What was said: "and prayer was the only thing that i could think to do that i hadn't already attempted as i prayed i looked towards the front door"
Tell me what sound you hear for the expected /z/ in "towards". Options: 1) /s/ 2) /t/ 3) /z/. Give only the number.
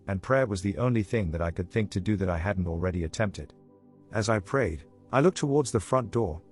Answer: 3